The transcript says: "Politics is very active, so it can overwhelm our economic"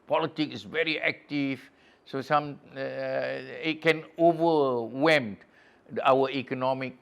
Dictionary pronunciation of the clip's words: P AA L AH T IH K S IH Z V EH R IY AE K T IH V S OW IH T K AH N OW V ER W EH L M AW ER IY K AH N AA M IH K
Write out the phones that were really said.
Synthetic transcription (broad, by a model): P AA L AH T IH K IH S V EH R IY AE K T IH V S OW IH T K AH N OW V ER W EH M AW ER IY K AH N AA M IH K